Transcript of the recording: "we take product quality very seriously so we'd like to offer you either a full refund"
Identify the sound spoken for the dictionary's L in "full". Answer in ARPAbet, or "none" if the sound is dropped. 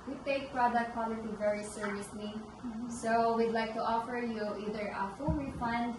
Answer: N